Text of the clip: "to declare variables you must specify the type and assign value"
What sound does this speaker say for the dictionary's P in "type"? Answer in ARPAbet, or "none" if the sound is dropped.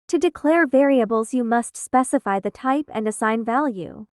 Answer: P